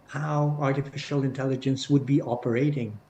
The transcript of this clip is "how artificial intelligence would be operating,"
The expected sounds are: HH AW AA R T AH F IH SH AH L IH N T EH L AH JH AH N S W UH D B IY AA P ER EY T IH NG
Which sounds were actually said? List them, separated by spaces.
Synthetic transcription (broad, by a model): HH AW AA R T AH F IH SH AH L IH N T EH L AH JH AH N S W UH D B IY AA P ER EY T IH NG